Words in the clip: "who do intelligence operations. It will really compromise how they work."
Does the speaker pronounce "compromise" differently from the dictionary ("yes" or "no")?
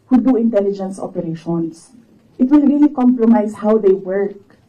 yes